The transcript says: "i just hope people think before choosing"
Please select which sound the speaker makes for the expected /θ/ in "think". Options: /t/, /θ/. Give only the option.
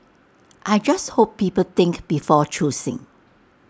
/t/